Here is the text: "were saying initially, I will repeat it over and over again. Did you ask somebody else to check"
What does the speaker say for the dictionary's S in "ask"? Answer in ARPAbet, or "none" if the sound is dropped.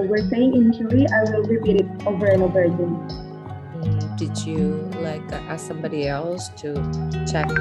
none